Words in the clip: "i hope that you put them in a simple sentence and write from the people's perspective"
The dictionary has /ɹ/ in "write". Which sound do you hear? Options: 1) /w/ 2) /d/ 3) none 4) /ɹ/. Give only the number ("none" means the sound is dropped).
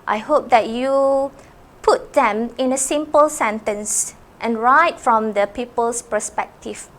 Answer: 4